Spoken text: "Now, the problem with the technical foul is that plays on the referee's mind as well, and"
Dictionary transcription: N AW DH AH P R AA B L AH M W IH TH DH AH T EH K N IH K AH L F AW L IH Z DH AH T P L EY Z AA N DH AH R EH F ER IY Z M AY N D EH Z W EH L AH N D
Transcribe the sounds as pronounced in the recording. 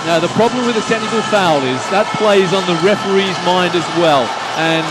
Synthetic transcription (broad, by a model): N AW DH AH P R AA B L AH M W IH DH AH S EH N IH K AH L F AW L IH Z DH AH T P L EY Z N DH AH R EH F ER IY Z M AY N D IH Z W EH L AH N